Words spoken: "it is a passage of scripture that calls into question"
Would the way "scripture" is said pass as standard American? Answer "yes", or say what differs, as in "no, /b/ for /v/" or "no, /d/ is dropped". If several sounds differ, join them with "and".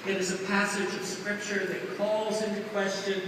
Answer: yes